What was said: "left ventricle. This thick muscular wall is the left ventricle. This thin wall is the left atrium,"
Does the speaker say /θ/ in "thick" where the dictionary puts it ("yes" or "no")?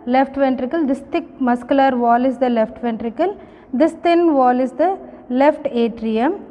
no